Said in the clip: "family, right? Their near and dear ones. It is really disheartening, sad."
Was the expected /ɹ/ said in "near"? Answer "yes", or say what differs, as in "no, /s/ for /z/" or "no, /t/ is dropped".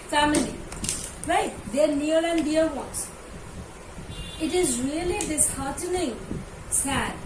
no, /l/ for /ɹ/